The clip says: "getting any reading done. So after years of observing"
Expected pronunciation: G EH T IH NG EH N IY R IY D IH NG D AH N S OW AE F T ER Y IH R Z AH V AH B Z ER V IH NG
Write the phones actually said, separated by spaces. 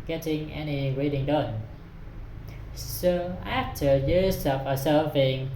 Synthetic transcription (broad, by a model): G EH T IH NG EH N IY R IY D IH NG D AH N S OW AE F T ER Y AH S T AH P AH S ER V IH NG